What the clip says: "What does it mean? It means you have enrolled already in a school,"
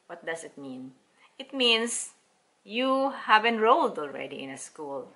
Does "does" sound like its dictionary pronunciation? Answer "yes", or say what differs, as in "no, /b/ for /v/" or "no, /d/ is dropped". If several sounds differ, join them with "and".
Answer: no, /s/ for /z/